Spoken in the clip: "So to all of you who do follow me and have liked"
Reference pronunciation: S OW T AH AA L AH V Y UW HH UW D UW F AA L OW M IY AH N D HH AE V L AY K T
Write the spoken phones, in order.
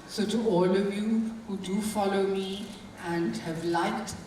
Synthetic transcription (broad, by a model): S OW T AH AA L AH V Y UW HH UW D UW F AA L OW M IY AH N D HH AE V L AY K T